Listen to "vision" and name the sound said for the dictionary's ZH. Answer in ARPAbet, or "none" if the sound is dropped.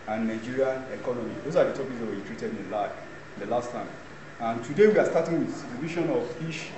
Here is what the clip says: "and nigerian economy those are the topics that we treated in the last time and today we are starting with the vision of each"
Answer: SH